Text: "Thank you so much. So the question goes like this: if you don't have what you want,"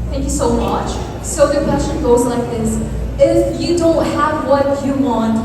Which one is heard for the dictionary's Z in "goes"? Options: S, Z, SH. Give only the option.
Z